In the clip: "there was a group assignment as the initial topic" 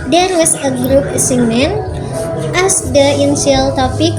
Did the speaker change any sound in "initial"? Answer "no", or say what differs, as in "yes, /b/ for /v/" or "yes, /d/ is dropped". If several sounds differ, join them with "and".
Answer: yes, /ʃ/ is dropped